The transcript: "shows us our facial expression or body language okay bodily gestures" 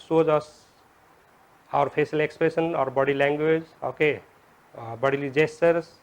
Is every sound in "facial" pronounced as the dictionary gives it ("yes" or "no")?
no